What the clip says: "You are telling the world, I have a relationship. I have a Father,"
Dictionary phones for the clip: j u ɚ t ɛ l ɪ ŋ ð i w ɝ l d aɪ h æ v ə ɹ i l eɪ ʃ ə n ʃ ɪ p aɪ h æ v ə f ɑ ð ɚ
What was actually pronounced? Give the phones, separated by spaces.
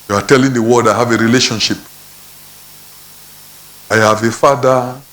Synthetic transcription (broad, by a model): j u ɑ t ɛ l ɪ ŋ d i w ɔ d aɪ h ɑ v ə ɹ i l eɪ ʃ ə n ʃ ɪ p aɪ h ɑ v ə f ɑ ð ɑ